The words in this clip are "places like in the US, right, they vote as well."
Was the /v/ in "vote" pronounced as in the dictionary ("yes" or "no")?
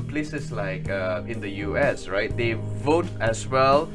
yes